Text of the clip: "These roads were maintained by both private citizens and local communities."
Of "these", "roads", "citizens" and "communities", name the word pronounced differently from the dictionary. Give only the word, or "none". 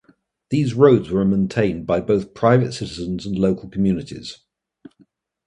none